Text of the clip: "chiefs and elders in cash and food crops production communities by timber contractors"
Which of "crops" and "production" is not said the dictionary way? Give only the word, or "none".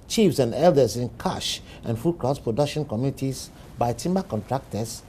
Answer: crops